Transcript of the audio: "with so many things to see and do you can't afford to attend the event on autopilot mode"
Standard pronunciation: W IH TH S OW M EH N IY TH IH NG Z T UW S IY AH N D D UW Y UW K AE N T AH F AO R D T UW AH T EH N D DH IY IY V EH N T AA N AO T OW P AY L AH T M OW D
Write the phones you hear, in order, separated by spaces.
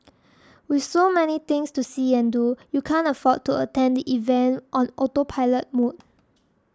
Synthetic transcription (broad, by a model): W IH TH S OW M EH N IY T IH NG S T UW S IY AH N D D UW Y UW K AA N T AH F AO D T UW AH T EH N D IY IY V EH N T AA N AO T OW P AY L AH T M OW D